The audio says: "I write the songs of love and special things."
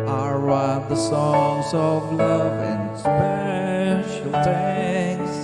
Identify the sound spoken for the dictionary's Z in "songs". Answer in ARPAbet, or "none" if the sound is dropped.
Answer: Z